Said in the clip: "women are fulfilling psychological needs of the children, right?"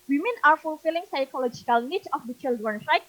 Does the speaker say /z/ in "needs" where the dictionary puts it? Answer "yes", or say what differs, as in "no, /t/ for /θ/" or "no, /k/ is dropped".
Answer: no, /z/ is dropped